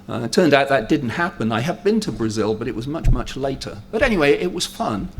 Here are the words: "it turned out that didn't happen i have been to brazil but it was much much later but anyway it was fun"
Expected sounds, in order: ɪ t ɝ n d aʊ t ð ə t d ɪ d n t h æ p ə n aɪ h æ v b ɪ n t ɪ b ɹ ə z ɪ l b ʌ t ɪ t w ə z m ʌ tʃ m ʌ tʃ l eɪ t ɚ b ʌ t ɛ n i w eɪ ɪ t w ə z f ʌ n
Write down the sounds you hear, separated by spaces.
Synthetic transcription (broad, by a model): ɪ t ɝ n d aʊ t ð ə t d ɪ d n t h æ p ə n aɪ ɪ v b ɪ n t ɪ b ɹ ə z ɪ l b ʌ t ɪ t w ə z m ʌ tʃ m ʌ tʃ l eɪ t ɚ b ʌ t ɛ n i w eɪ ɪ t w ə z f ʌ n